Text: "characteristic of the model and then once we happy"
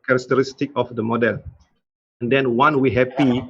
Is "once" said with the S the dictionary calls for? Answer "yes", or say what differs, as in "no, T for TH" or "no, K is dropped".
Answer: no, S is dropped